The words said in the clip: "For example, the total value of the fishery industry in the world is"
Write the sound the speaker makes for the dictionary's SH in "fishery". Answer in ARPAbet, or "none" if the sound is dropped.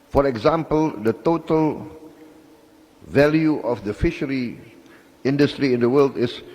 SH